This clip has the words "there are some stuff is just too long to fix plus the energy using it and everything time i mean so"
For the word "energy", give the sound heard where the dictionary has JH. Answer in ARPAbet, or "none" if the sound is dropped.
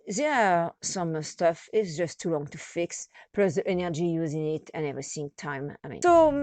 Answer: JH